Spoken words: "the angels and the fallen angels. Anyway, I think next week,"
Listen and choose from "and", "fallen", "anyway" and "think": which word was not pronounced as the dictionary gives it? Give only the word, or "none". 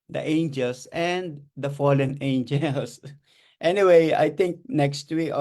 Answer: think